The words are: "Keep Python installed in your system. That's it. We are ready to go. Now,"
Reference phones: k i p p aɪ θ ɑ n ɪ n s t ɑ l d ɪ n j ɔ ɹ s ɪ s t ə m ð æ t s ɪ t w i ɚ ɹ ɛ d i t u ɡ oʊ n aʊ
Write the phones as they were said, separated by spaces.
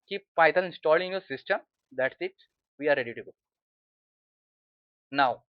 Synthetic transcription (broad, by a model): k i p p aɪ t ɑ l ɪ n s t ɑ l ɪ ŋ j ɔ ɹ s ɪ s t ə m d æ t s ɪ t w i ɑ ɹ ɛ d i t u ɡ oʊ n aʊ